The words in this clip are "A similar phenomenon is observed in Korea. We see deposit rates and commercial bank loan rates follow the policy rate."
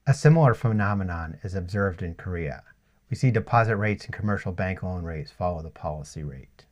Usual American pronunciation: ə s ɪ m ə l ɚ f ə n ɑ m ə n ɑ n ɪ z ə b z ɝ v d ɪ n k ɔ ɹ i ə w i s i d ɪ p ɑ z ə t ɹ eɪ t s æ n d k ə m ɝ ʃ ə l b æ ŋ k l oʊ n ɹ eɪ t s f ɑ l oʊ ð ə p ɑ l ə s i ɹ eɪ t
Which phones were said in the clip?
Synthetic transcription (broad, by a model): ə s ɪ m l ɚ f ə n ɑ m ə n ɑ n ɪ z ə b z ɝ v d ɪ n k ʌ ɹ i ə w i s i d ɪ p ɑ z ə t ɹ eɪ t s n k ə m ɝ ʃ l b æ ŋ k l oʊ n ɹ eɪ t s f ɑ l oʊ ð ə p ɑ l ə s i ɹ eɪ t